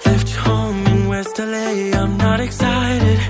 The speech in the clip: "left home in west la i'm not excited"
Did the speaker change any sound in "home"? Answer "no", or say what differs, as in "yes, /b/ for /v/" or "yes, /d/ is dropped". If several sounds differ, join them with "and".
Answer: yes, /m/ is dropped